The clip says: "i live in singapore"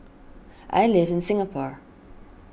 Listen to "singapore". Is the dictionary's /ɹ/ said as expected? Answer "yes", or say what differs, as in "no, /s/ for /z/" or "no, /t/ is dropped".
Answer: yes